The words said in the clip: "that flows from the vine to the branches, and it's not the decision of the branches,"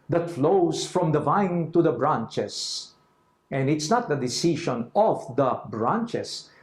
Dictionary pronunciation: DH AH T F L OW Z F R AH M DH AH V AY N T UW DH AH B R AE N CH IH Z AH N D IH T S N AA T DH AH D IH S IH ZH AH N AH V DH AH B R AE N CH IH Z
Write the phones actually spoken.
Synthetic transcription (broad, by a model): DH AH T F L OW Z F R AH M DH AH V AY N T UW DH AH B R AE N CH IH S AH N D IH T S N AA T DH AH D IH S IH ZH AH N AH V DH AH B R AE N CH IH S